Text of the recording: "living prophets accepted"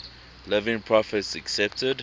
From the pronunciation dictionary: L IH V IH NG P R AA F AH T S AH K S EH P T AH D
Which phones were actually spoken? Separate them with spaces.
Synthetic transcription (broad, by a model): L IH V IH NG P R AA F AH T S AH K S EH P T AH D